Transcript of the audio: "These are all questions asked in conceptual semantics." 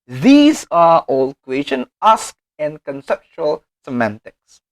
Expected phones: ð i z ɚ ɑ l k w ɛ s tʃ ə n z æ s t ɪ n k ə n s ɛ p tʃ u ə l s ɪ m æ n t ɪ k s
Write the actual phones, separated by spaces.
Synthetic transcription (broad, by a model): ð i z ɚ ɑ l k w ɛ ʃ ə n ɑ s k ɪ n k ə n s ɛ p tʃ u ə l s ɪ m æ n t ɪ k s